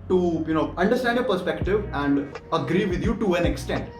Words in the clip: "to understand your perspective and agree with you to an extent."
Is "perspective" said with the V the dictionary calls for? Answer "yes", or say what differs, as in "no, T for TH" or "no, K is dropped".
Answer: yes